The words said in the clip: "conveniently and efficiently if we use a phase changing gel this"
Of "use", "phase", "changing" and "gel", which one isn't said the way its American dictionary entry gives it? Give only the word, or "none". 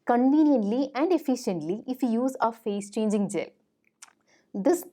phase